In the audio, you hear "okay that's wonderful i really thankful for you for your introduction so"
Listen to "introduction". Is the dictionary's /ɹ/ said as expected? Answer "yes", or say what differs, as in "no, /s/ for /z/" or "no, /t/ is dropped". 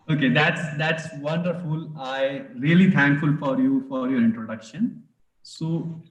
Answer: yes